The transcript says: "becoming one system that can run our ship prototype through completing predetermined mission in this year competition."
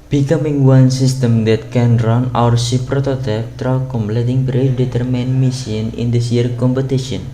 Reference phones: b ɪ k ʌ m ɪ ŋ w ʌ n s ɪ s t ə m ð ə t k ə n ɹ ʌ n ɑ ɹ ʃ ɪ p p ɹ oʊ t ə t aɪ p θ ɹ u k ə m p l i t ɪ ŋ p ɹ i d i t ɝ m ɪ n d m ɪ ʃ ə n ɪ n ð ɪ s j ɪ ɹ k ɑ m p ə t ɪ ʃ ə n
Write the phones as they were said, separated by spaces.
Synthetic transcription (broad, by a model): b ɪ k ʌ m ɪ ŋ w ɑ n s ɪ s t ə m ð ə t k ə n ɹ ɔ n ɑ ɹ s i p p ɹ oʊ t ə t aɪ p t ɹ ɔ k ə m p l i t ɪ ŋ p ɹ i d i t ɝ m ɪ n m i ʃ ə n ɪ n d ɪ s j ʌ ɹ k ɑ m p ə t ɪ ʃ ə n